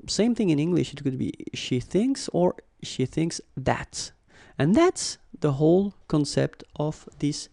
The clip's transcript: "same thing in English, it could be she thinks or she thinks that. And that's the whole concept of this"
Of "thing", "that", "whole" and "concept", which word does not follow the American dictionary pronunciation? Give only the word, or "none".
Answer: none